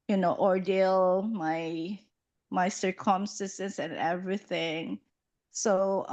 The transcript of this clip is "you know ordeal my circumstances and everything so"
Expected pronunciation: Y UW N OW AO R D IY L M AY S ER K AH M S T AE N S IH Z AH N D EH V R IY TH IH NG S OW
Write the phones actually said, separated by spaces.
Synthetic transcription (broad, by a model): Y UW N OW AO R D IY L M AY S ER K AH M S T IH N S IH S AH N EH V R IY TH IH NG S OW